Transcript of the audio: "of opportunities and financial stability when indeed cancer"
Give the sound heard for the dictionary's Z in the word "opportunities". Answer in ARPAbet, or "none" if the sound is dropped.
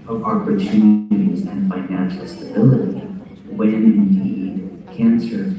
Z